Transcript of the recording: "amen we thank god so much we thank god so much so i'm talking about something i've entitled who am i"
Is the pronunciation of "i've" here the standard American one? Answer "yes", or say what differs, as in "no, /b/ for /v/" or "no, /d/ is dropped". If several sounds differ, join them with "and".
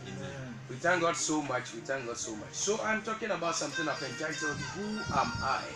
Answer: no, /p/ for /v/